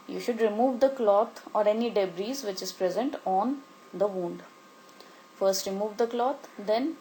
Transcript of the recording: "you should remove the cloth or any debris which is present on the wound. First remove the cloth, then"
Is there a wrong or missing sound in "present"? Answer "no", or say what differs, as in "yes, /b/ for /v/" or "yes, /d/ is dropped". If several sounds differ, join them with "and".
no